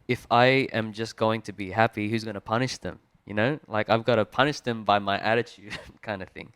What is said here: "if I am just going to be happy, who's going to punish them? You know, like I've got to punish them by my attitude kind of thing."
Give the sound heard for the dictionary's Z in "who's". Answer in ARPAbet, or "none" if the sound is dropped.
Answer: Z